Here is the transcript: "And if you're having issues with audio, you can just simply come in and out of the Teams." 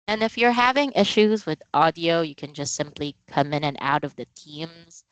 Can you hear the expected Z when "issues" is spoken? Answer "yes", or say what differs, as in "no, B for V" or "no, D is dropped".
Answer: yes